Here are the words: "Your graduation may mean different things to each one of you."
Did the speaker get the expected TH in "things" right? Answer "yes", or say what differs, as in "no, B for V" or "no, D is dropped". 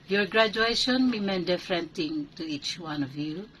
no, T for TH